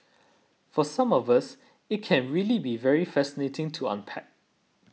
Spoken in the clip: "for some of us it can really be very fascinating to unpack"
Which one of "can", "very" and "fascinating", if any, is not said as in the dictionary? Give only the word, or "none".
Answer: none